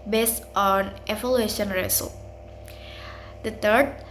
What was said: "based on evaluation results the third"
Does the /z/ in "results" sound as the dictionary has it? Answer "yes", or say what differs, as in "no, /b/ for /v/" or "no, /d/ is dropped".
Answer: no, /s/ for /z/